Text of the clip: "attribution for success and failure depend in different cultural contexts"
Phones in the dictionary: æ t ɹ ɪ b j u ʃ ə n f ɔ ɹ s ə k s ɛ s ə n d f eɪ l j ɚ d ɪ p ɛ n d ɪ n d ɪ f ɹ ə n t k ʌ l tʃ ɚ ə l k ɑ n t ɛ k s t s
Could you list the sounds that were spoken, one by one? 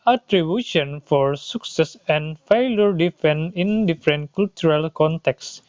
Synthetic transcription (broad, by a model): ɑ t ɹ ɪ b j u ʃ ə n f ɔ ɹ s ə k s ɛ s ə n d f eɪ l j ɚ d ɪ f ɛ n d ɪ n d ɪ f ɹ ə n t k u l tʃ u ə l k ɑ n t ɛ k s s